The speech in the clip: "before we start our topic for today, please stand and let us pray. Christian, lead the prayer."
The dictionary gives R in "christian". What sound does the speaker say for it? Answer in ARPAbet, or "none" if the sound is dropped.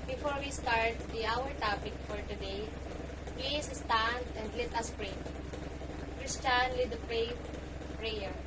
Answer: R